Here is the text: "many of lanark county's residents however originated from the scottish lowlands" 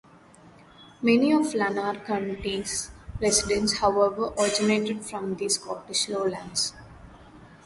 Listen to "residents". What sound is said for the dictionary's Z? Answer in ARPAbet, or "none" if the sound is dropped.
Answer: S